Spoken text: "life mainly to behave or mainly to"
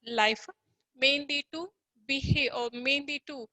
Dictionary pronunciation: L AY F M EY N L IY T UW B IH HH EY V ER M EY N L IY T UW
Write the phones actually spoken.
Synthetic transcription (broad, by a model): L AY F M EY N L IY T UW B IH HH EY ER M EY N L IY T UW